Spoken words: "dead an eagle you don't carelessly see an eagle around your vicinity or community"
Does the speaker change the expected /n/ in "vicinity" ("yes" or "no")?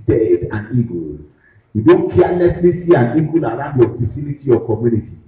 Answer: yes